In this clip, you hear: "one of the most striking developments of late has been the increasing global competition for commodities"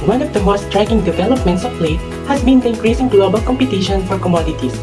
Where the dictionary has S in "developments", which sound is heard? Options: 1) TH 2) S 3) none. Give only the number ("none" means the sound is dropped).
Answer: 2